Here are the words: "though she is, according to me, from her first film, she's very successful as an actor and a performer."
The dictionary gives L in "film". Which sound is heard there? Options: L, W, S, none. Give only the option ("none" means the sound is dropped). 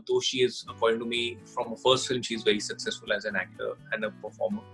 L